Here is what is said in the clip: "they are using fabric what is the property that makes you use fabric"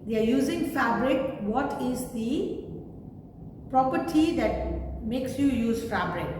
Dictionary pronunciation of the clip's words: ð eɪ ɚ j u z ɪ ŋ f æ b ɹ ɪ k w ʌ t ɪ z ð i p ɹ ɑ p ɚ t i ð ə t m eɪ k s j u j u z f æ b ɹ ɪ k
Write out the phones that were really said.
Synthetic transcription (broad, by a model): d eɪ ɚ j u z ɪ ŋ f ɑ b ɹ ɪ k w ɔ t ɪ z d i p ɹ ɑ p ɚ t i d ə t m eɪ k s j u j u z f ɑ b ɹ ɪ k